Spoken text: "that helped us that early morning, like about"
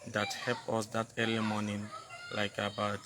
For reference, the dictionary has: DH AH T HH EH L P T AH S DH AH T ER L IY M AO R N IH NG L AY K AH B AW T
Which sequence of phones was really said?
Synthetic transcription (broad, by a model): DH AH T HH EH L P AH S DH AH T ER L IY M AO N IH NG L AY K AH B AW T